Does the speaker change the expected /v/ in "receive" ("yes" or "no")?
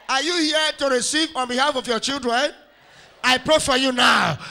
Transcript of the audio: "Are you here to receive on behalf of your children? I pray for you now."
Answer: no